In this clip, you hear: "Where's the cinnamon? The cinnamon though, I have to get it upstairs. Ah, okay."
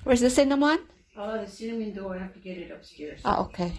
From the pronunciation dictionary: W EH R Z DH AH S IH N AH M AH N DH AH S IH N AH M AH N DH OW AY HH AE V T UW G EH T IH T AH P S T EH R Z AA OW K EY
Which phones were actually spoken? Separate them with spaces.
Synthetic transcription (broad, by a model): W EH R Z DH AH S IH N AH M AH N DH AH S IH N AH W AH N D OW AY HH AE F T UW G EH T IH T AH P S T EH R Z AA OW K EY